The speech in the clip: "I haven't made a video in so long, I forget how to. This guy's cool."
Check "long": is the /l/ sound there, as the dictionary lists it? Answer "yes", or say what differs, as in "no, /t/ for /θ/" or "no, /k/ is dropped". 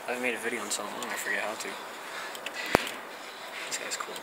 no, /w/ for /l/